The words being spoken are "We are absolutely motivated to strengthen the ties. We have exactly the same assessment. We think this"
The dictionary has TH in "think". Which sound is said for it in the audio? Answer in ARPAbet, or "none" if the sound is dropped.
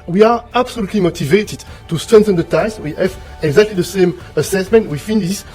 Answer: F